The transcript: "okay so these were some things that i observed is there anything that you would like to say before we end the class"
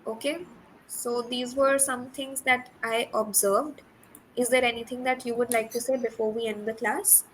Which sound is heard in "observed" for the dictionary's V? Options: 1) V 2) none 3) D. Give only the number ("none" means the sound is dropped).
1